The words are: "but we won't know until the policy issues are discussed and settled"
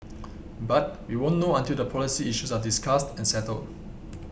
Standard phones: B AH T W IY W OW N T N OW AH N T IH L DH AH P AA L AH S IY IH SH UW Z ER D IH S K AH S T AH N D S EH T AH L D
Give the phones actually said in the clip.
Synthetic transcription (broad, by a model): B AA T W IY W OW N N OW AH N T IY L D AH P AA L AH S IY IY SH UW S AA D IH S K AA S T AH N S EH T AH L D